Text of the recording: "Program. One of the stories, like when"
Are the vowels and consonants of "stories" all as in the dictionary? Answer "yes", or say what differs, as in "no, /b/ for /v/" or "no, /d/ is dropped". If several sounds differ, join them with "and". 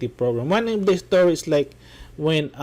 no, /s/ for /z/